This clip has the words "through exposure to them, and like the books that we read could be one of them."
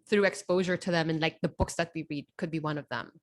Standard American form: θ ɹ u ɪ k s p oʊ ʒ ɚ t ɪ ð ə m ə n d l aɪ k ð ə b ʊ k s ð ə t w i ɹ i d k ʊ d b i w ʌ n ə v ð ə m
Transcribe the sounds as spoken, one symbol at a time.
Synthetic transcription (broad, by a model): θ ɹ u ɪ k s p oʊ ʒ ɚ t ɪ ð ə m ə n l aɪ k ð ə b ʊ k s ð ə t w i ɹ i d k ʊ d b i w ʌ n ə v ð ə m